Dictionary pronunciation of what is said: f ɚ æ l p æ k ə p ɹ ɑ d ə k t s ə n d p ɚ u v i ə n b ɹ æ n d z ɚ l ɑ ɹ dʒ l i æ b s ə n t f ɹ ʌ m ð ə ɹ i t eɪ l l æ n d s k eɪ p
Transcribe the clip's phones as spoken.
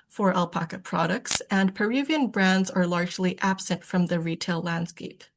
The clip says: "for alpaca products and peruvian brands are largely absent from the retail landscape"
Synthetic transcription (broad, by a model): f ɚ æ l p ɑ k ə p ɹ ɑ d ə k t s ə n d p ɚ u v i ə n b ɹ æ n d z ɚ l ɑ ɹ dʒ l i æ b s ə n t f ɹ ʌ m ð ə ɹ i t eɪ l l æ n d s k eɪ p